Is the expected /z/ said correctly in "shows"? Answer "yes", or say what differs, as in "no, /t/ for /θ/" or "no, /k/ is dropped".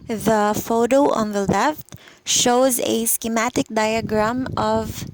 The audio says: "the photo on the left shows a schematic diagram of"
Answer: yes